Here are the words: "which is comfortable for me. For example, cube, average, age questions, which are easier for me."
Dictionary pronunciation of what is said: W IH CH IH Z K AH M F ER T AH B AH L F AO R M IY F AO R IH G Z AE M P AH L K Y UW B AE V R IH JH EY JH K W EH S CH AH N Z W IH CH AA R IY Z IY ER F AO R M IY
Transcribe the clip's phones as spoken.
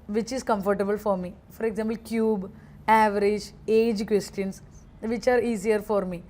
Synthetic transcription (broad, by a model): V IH CH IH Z K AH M F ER T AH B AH L F AO R M IY F AO R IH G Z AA M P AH L K Y UW B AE V R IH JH EY JH K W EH S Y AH N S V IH CH AA R IY S IY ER F AO R M IY